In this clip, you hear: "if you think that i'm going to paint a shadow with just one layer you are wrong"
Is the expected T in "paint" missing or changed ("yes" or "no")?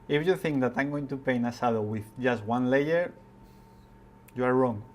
yes